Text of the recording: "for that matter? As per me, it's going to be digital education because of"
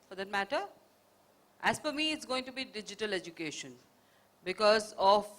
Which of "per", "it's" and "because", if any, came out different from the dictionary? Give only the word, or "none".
per